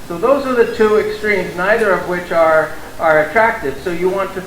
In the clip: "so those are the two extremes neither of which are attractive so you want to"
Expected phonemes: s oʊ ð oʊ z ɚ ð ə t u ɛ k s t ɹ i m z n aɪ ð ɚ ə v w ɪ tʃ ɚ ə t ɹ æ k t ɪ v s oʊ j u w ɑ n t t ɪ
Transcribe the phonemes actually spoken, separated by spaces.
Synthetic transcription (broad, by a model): s oʊ ð oʊ z ɚ ð ə t u ɛ k s t ɹ i m z n aɪ ð ɚ ə v w ɪ tʃ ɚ ə t ɹ æ k t ɪ v s oʊ j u w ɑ n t t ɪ